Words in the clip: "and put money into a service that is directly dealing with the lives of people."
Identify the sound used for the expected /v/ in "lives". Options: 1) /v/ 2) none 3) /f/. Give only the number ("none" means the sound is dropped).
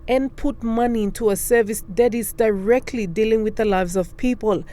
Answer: 1